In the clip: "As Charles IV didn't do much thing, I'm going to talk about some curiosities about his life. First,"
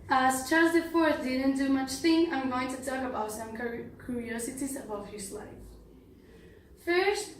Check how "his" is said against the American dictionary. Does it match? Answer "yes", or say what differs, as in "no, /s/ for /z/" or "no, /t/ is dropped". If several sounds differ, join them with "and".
no, /s/ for /z/